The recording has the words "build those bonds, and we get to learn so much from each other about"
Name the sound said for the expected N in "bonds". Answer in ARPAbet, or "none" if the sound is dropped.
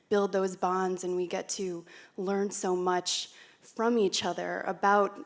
N